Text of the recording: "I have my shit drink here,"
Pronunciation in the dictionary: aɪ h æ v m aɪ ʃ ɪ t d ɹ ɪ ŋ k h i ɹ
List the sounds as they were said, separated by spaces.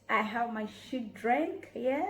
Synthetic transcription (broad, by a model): aɪ h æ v m aɪ ʃ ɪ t d ɹ ɪ ŋ k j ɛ